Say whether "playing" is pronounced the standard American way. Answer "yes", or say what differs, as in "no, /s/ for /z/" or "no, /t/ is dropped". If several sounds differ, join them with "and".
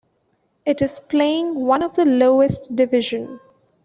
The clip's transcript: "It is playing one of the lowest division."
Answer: yes